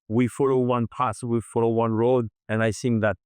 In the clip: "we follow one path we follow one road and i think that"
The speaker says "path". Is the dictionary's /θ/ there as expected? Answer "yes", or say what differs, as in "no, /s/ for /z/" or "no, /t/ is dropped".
no, /s/ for /θ/